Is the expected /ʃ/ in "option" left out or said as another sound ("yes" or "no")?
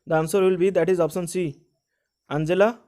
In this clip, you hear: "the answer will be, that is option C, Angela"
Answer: yes